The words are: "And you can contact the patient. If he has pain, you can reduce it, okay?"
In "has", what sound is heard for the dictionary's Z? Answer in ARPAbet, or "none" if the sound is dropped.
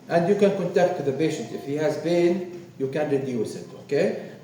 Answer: Z